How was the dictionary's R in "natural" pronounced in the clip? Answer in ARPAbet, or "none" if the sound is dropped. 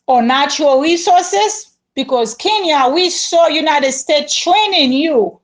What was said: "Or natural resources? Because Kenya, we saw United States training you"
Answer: none